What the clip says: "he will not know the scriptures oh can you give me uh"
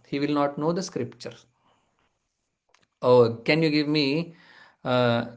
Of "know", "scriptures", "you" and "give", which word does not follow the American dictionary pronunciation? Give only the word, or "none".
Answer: scriptures